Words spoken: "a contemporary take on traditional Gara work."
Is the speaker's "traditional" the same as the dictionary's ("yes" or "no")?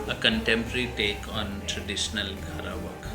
yes